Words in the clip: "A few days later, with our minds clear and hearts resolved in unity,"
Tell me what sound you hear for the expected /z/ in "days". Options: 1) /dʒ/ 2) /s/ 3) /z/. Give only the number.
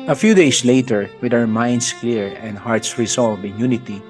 2